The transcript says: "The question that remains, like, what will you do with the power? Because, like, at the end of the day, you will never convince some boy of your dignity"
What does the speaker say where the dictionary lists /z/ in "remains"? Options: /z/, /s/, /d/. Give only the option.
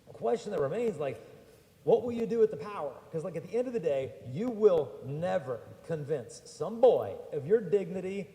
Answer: /z/